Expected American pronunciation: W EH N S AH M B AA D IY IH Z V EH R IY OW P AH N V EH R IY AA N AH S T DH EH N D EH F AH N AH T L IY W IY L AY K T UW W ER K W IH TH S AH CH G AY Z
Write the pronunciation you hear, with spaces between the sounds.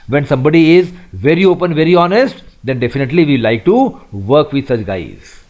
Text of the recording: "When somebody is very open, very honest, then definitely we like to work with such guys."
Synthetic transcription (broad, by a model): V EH N S AH M B AA D IY IH Z V EH R IY OW P AH N V EH R IY AA N AH S T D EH N D EH F AH N AH T L IY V IY L AY K T UW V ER K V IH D S AH CH G AY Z